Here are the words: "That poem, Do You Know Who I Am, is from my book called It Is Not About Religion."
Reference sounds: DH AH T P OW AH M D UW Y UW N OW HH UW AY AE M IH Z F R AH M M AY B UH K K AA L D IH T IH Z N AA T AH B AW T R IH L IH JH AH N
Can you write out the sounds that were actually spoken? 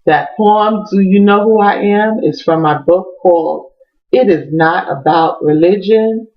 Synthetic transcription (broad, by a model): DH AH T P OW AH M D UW Y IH N OW HH UW AY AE M IH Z F R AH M M AY B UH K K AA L IH T IH Z N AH T AH B AW T R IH L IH JH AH N